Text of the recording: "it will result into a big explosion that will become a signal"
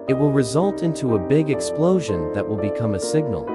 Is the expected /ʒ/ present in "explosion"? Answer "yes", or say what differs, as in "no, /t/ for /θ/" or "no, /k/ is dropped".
yes